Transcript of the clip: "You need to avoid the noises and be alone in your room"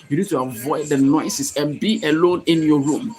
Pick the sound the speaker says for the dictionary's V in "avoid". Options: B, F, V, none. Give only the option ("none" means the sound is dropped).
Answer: V